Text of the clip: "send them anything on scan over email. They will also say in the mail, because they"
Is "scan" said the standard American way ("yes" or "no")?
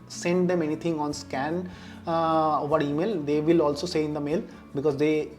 yes